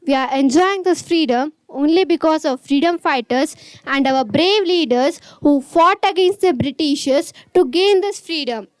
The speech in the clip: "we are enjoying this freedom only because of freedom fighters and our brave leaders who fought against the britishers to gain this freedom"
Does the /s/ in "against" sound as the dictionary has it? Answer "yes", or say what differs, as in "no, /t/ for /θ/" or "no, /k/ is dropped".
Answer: yes